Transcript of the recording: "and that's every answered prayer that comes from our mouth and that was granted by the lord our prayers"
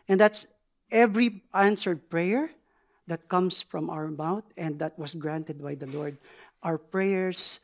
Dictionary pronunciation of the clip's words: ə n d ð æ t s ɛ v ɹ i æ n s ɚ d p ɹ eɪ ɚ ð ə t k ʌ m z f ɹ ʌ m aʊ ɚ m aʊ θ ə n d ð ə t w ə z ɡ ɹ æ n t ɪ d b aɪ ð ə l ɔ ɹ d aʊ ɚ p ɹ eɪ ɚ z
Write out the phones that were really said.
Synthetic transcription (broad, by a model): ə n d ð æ t s ɛ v ɹ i æ n s ɚ d p ɹ eɪ ɚ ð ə t k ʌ m s f ɹ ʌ m aʊ ɚ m aʊ t ə n d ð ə t w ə s ɡ ɹ æ n t ɪ d b aɪ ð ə l ɔ ɹ d aʊ ɚ p ɹ eɪ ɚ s